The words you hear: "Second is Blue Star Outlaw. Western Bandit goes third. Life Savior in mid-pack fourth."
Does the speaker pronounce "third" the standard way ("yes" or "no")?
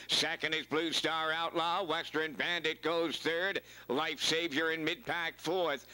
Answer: yes